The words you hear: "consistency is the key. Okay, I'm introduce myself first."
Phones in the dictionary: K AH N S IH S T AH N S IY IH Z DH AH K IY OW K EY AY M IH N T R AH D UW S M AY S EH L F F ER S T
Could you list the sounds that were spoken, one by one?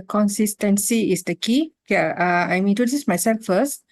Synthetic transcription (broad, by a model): K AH N S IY S T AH N S IY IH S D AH K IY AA AA AY M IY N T AH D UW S M AY S EH L F F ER S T